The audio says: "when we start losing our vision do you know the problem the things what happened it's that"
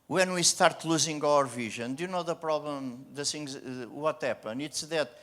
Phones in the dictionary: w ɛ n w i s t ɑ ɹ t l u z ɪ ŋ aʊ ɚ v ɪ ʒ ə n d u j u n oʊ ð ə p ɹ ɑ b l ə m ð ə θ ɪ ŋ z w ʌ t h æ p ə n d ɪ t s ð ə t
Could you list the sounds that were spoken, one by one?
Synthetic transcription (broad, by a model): w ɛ n w i s t ɑ ɹ t l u z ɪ ŋ aʊ ɚ v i ʒ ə n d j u n oʊ ð ə p ɹ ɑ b l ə m ð ə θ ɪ ŋ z w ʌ t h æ p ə n ɪ t s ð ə t